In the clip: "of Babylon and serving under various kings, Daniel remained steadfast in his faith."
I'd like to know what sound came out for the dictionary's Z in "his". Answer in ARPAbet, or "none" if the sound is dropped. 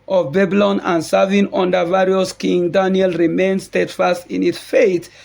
S